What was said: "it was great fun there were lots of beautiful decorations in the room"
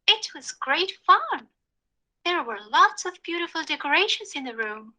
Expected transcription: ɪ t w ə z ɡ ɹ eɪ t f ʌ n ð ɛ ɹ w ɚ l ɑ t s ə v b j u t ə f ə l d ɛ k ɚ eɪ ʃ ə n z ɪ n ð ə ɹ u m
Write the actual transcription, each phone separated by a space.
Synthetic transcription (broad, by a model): ɪ t w ə z ɡ ɹ eɪ t f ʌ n ð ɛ ɹ w ɚ l ɑ t s ə v b j u t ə f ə l d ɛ k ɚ eɪ ʃ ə z ɪ n ð ə ɹ u m